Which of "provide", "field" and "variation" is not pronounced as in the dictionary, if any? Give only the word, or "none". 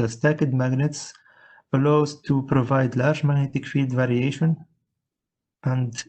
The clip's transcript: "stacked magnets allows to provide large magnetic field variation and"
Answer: none